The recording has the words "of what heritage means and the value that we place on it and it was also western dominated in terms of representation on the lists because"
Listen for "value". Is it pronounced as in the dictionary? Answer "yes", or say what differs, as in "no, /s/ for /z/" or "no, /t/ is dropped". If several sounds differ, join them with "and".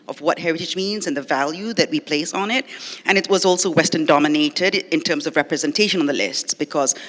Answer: yes